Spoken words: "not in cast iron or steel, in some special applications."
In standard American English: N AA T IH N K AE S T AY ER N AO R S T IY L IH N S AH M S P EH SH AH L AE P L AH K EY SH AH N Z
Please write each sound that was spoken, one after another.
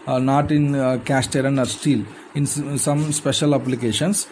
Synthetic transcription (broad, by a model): N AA T IH N K AE S T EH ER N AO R S T IY L IH N S AH M S P EH SH AH L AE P L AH K EY SH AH N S